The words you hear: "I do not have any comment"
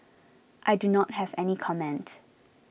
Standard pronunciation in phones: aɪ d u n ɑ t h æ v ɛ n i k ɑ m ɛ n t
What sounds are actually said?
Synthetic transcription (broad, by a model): aɪ d u n ɑ t h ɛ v ɛ n i k ɑ m ɛ n t